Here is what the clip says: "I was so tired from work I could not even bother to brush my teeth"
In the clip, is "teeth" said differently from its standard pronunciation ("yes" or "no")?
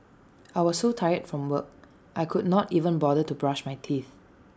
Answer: no